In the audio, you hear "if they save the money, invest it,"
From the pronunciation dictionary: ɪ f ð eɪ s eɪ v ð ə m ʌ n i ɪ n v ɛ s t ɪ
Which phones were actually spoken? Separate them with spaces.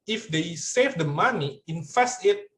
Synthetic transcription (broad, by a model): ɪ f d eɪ s eɪ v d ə m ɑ n i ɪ n f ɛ s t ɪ